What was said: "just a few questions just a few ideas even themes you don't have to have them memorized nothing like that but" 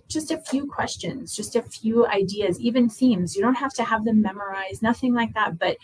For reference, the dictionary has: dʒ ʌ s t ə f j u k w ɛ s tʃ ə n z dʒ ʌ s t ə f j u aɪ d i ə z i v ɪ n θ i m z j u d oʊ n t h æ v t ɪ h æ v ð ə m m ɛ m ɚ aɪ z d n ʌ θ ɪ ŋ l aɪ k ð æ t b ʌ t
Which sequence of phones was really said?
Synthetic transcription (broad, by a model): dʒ ʌ s t ə f j u k w ɛ s tʃ ə n z dʒ ʌ s t ə f j u aɪ d i ə z i v ɪ n θ i m z j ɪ d oʊ n t h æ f t ɪ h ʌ v ð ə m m ɛ m ɚ aɪ z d n ʌ θ ɪ ŋ l aɪ k ð æ t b ʌ t